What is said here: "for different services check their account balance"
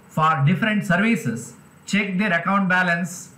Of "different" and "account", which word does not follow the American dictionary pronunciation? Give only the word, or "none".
none